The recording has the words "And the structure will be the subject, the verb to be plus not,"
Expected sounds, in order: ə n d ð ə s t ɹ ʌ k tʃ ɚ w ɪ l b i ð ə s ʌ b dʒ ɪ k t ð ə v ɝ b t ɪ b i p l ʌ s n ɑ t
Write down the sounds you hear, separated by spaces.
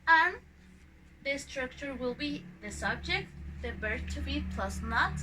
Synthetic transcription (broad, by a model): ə n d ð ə s t ɹ ʌ k tʃ ɚ w ɪ l b i ð ə s ʌ b dʒ ɪ k t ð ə b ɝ t ɪ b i p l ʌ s n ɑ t